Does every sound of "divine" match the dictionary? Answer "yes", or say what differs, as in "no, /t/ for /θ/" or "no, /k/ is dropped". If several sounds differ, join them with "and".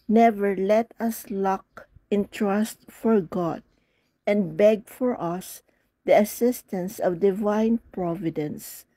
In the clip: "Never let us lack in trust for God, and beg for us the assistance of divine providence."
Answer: yes